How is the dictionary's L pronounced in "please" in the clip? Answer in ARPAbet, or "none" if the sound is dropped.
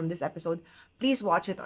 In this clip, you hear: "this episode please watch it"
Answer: L